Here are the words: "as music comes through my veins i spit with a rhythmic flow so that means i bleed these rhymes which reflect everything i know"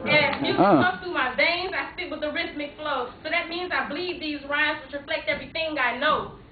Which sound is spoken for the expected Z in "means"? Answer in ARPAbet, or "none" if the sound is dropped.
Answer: Z